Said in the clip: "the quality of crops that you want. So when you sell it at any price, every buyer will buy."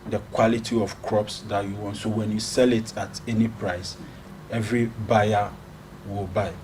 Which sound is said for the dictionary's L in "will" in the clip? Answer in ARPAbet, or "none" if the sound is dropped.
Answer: L